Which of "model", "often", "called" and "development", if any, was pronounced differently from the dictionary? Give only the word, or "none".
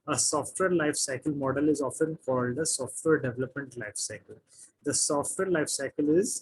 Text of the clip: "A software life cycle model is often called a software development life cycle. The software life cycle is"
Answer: none